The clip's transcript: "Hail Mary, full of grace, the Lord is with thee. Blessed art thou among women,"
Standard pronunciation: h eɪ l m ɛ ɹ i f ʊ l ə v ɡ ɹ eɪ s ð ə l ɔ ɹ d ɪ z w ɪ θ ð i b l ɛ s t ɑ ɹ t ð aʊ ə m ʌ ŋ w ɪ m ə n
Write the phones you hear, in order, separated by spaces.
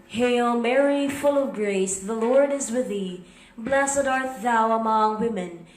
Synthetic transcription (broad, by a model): h eɪ l m ɛ ɹ i f ʊ l ə v ɡ ɹ eɪ s ð ə l ɔ ɹ d ɪ z w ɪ ð i b l ɛ s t ɑ ɹ t ð aʊ ə m ʌ ŋ w ɪ m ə n